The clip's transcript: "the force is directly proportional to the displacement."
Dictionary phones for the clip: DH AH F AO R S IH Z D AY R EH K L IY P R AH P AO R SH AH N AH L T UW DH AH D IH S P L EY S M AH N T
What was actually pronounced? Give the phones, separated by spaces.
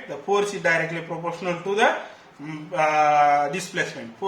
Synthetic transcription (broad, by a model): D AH P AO R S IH D AY R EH K L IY P R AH P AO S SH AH N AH L T UW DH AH D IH S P L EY S M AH N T